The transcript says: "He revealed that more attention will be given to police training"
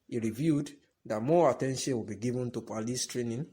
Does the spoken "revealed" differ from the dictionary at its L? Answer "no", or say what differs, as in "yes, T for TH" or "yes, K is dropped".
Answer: yes, L is dropped